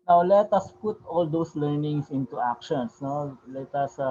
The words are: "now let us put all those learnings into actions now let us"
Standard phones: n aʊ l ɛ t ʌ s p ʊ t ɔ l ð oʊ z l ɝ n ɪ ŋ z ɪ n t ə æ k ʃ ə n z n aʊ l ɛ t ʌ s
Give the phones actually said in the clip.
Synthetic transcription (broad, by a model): n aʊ l ɛ t ʌ s p ʊ t ɔ l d oʊ s l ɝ n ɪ ŋ s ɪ n t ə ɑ k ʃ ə n s n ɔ l ɛ t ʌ s